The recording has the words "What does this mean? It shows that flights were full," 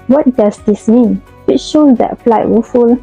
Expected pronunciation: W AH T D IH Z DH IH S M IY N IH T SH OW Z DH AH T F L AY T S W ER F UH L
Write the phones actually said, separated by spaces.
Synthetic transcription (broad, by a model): W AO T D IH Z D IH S M IY N IH T SH OW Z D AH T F L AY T W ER F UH L